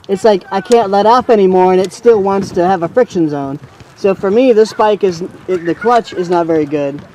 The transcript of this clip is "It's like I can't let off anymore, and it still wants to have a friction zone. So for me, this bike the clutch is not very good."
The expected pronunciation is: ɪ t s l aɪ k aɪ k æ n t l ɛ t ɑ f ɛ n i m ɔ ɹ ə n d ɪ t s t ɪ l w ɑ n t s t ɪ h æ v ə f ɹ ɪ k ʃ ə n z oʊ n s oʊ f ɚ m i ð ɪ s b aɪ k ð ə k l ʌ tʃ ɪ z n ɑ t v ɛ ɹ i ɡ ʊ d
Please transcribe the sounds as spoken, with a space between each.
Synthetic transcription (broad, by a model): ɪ t s l aɪ k aɪ k æ n t l ɛ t ɑ f ɛ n i m ɔ ɹ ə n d ɪ t s t ɪ l w ɑ n t s t ɪ v ə f ɹ ɪ k ʃ ə n z oʊ n s oʊ f ɚ m i ð ɪ s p aɪ k ð ə k l ʌ tʃ ɪ z n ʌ t v ɛ ɹ i ɡ ʊ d